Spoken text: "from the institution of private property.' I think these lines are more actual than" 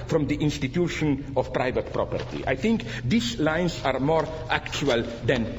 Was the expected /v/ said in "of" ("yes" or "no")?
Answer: no